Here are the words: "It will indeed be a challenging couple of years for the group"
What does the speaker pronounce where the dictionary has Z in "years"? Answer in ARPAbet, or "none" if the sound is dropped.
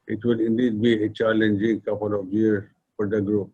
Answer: none